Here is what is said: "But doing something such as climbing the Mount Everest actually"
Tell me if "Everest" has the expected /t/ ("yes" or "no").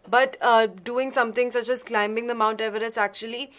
no